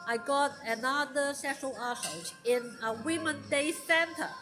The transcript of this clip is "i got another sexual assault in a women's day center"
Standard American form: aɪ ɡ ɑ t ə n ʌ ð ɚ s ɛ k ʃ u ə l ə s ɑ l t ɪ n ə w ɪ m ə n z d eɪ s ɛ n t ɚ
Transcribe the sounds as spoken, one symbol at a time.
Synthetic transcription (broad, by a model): aɪ ɡ ɑ t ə n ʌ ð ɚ s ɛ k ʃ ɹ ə l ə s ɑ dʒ ɪ n ə w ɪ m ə n d eɪ s ɛ n t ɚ